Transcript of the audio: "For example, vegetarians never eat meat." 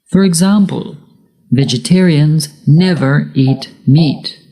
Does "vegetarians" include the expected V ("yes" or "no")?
yes